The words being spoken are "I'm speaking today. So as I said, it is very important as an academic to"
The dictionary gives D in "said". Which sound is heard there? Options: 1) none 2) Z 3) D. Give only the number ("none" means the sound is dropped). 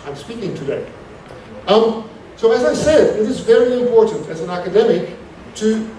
3